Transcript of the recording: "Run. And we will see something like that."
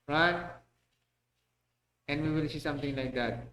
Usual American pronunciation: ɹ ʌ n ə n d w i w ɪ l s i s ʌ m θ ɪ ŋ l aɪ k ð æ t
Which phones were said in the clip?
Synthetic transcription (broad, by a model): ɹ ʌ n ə n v i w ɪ l s i s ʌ m t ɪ ŋ l aɪ k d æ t